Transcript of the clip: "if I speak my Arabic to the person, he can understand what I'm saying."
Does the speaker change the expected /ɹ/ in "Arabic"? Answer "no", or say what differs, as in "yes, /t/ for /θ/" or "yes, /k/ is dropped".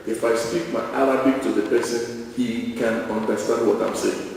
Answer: yes, /l/ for /ɹ/